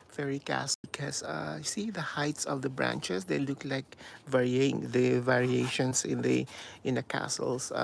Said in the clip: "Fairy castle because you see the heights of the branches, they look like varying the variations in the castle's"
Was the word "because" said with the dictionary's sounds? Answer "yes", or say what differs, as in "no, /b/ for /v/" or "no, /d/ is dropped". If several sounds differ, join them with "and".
no, /z/ is dropped